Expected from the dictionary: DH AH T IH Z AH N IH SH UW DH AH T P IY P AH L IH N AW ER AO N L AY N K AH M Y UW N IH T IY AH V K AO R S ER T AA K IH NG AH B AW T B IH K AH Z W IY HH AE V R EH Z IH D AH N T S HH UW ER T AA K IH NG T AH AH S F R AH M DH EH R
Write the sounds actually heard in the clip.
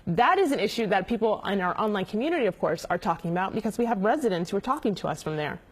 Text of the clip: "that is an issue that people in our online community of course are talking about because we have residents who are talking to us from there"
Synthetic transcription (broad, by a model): DH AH T IH Z AH N IH SH UW DH AH T P IY P L IH N AW ER AO N L AY N K M Y UW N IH T IY AH V K AO R S ER T AA K IH NG AH B AW T B IH K AH Z W IY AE V R EH Z IH D AH N T S HH UW ER T AA K IH NG T AH AH S F R AH M DH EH R